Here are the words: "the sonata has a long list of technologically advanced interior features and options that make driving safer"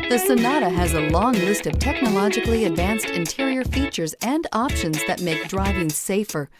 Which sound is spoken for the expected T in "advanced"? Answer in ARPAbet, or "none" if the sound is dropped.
T